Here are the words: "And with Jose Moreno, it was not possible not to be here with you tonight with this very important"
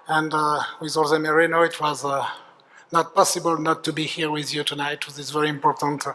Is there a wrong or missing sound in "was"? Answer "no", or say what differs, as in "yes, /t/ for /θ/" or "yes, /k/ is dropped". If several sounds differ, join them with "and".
no